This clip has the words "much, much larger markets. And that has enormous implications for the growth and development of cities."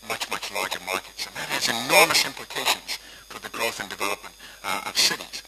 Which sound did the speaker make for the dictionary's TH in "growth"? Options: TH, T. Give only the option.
TH